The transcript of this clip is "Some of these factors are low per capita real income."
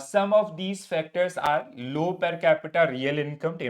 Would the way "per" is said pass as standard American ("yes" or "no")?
yes